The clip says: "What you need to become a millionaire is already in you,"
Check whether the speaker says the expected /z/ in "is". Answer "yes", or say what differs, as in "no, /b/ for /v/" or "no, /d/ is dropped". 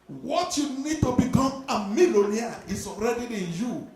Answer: no, /s/ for /z/